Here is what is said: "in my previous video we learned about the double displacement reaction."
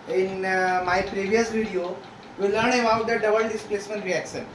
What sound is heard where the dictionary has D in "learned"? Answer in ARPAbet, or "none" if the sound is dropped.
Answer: none